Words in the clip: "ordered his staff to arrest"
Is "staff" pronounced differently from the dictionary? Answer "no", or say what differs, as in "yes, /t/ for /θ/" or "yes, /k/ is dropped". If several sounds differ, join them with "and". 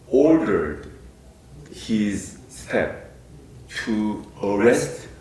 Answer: yes, /p/ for /f/